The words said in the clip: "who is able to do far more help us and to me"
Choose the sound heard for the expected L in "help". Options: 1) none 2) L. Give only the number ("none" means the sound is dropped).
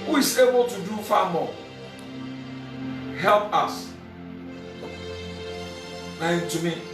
2